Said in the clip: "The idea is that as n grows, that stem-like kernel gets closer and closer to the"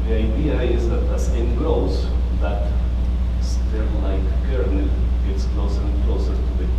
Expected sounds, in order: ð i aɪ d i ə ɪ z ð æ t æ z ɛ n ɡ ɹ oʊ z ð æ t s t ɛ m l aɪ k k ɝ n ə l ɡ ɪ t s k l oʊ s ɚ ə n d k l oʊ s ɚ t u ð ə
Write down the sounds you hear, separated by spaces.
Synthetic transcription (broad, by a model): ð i aɪ d i ə ɪ z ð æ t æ s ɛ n ɡ ɹ oʊ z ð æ t s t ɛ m l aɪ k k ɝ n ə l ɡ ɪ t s k l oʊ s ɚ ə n k l oʊ s ɚ t u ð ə